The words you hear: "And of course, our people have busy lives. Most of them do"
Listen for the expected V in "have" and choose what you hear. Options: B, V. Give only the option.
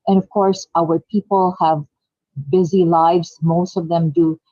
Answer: V